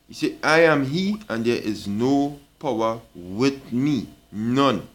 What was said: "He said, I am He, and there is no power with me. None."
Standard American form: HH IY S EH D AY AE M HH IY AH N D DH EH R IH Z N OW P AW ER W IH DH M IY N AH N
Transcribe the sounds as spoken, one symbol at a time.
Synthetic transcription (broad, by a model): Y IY S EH AY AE M HH IY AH N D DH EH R IH Z N OW P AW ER W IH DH M IY N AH N